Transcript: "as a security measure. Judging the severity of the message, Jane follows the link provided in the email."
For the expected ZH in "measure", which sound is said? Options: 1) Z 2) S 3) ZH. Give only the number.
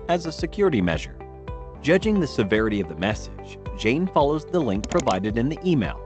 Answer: 3